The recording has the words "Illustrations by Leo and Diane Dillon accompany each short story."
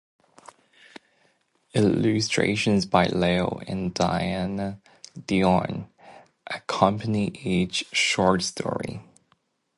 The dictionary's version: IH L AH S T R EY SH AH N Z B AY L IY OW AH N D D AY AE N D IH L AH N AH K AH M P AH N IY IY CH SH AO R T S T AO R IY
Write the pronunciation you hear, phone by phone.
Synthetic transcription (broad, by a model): IH L AH S T R EY SH AH N Z B AY L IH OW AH N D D AY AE N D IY AH N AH K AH M P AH N IY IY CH SH AO R T S T AO R IY